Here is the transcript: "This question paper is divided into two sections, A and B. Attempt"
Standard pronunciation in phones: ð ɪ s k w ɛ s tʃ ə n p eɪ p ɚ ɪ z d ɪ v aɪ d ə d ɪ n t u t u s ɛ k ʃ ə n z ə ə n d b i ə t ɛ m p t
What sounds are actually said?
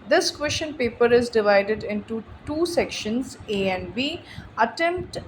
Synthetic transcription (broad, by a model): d ɪ s k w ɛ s ʃ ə n p eɪ p ɚ ɪ z d ɪ v aɪ d ə d ɪ n t u t u s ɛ k ʃ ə n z ə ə n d b i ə t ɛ m p t